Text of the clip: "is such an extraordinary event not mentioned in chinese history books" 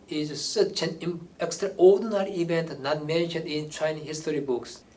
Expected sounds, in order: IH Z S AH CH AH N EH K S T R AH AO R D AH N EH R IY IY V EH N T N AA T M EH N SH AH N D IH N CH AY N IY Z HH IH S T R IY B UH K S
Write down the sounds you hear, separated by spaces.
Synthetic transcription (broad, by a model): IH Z S AH CH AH N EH K S T R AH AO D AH N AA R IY IY V EH N T N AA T M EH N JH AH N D IH N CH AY N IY HH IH S T R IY B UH K S